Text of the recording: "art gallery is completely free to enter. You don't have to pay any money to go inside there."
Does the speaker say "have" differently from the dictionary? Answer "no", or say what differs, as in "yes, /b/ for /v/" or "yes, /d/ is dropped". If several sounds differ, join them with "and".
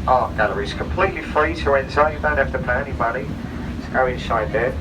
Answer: yes, /f/ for /v/